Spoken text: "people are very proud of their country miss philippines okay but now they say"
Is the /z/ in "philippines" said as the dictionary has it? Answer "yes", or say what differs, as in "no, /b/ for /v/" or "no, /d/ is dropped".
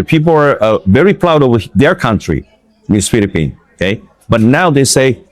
no, /z/ is dropped